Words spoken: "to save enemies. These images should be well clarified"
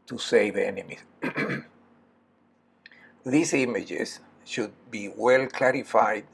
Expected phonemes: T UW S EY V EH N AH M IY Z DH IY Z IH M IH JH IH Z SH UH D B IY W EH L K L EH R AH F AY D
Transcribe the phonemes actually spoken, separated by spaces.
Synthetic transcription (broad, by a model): T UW S EY V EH N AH M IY S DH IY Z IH M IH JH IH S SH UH D B IY W EH L K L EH R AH F AY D